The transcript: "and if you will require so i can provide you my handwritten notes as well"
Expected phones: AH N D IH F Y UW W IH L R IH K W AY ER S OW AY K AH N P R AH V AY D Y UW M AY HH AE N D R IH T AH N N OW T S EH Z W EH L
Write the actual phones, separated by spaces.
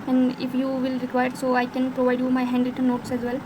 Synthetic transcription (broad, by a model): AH N D IH F Y UW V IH L R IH K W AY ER S OW AY K AH N P R AH V AY D Y UW M AY HH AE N D IH T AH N N OW T S EH Z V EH L